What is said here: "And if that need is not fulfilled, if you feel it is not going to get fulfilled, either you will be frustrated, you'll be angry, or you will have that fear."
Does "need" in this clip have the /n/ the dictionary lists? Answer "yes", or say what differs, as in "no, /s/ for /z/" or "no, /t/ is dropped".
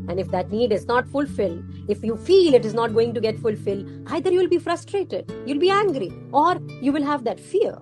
yes